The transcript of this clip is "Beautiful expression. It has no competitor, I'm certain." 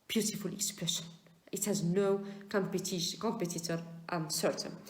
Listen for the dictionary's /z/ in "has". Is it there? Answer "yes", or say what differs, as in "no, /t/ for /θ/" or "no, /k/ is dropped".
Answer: yes